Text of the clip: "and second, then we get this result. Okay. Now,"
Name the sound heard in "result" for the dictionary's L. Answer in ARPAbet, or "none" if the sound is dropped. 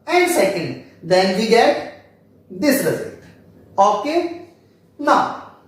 none